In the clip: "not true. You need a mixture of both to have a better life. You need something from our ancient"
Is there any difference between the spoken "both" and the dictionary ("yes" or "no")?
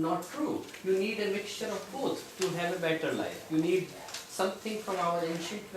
yes